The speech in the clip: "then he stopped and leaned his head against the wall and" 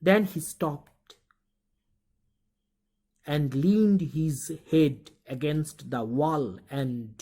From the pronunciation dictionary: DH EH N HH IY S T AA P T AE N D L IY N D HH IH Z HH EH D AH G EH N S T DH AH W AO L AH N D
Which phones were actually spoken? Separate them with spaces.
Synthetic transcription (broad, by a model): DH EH N HH IY S T AA P T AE N D L IY N D HH IH Z HH EH D AH G EH N S T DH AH W AO L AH N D